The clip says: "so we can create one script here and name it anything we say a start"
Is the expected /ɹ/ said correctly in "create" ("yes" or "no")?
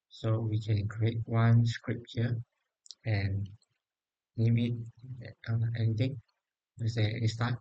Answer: yes